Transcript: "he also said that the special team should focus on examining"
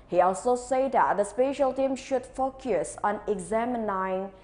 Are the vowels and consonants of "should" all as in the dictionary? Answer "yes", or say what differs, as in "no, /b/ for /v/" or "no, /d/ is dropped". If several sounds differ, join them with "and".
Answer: yes